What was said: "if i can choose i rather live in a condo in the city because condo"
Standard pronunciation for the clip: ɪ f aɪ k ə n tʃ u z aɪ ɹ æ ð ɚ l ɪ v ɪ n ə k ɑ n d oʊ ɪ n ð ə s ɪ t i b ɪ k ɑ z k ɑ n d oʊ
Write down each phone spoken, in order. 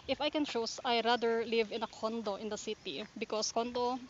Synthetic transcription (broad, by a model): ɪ f aɪ k ə n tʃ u s aɪ ɹ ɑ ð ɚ l ɪ v ɪ n ə k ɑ n d oʊ ɪ n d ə s ɪ t i b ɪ k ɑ s k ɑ n d oʊ